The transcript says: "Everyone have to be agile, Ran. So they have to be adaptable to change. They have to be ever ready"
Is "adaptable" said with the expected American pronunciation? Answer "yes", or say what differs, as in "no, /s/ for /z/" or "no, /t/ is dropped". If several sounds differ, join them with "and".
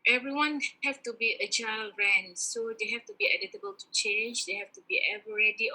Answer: no, /p/ is dropped